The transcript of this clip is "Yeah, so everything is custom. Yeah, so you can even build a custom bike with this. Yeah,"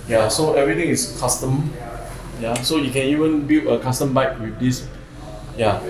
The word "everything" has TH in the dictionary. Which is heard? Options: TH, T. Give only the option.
T